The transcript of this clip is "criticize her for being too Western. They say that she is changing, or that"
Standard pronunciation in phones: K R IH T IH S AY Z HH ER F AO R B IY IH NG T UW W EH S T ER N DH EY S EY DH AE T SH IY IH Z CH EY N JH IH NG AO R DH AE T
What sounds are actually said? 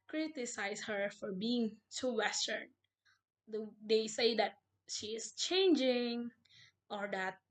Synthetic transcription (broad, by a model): K R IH T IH S AY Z HH ER F AO R B IY IH NG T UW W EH S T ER N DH EY S EY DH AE T SH IY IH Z CH EY N JH IH NG AO R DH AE T